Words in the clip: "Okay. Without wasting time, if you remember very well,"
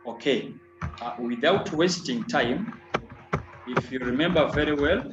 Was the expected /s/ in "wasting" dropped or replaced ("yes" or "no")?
no